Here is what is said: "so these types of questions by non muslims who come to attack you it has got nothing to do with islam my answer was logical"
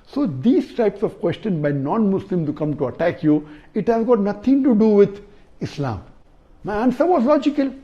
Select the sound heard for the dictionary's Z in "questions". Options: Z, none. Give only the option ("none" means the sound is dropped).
none